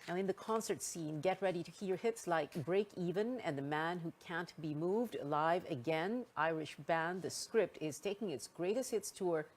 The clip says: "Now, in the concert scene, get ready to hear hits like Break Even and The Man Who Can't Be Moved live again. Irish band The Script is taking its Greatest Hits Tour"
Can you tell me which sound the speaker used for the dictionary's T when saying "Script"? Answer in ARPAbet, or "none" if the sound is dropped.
T